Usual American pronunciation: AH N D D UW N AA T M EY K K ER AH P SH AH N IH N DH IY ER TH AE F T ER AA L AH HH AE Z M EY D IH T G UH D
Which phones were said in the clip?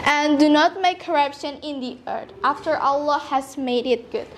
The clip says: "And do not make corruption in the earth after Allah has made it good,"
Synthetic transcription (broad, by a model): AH N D D UW N AA T M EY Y K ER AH P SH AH N IH N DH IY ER T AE F T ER AA L AH HH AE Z M EY D IH T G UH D